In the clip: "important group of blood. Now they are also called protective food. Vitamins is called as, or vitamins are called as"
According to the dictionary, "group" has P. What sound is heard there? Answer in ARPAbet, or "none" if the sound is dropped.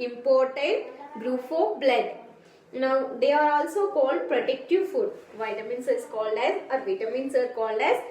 F